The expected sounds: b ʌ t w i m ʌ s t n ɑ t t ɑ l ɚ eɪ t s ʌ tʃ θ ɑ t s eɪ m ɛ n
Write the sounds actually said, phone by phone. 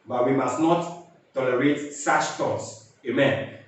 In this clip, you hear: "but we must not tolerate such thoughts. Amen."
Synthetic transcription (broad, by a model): b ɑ t w i m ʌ s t n ɑ t t ɑ l ɚ eɪ t s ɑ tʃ t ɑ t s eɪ m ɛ n